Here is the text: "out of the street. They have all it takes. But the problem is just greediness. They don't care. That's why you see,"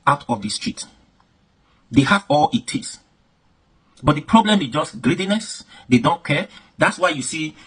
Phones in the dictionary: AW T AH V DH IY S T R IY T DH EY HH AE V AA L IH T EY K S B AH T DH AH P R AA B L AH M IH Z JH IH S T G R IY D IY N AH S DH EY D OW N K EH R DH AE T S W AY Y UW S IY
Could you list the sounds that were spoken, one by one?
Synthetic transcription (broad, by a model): AW T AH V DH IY S T R IY T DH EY HH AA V AA L IH T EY S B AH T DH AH P R AA B L AH M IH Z JH IH S T G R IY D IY N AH S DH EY D OW N K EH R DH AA T S W AY Y UW S IY